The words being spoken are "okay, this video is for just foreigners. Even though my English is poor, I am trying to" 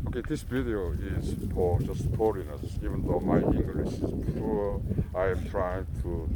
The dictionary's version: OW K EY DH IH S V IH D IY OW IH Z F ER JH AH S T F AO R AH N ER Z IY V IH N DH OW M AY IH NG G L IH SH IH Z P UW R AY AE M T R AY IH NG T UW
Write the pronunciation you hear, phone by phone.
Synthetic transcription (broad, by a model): OW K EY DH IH S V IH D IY OW IH Z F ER JH AH S T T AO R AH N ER S IY V IH N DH OW M AY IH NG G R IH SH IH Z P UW L AY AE M T R AY IH NG T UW